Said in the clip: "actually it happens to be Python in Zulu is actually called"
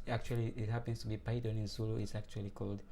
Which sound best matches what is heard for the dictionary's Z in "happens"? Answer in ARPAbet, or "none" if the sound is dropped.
S